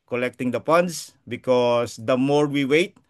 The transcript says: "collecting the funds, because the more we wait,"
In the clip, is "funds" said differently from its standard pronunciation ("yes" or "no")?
yes